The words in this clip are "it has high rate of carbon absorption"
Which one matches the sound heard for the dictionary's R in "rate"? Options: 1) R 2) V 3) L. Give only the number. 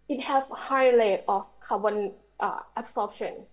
3